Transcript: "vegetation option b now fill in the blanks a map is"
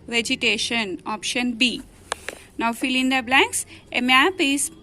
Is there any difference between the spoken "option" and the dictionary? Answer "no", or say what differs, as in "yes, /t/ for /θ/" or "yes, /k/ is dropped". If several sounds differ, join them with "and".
no